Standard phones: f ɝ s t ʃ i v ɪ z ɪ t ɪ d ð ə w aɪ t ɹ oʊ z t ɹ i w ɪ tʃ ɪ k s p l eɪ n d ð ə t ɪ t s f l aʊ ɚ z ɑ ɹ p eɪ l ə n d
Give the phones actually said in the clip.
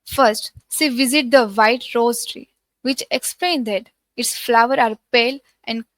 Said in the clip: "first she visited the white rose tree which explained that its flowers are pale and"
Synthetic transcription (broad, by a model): f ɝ s t s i v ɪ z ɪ t d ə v aɪ t ɹ oʊ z t ɹ i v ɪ tʃ ɪ k s p l eɪ n d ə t ɪ t s f l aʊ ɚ ɑ ɹ p eɪ l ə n d